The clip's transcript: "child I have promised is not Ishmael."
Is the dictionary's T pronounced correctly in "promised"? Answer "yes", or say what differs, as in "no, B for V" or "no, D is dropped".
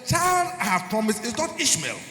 no, T is dropped